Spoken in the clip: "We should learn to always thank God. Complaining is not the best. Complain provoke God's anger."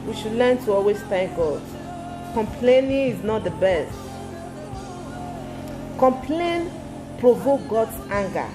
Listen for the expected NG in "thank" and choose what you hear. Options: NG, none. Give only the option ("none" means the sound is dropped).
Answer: none